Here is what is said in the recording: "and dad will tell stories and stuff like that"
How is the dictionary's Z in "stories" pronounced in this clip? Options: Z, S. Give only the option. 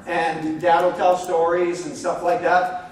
Z